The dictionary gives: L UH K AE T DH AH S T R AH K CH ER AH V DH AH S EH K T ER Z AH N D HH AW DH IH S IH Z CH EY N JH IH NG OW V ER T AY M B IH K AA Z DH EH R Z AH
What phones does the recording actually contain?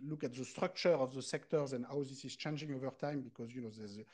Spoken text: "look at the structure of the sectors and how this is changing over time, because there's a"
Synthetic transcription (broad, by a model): L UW K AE T DH AH S T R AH K CH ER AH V DH AH S EH K T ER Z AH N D HH AW DH IH S IH Z CH EY N JH IH NG OW V ER T AY M B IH K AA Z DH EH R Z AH